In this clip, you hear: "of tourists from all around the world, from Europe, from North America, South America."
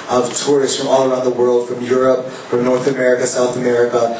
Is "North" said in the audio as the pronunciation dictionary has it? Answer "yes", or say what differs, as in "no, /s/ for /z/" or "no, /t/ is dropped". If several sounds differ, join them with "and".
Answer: yes